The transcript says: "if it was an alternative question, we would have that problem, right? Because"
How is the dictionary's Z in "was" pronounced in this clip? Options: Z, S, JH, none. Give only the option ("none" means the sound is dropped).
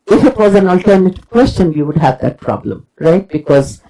Z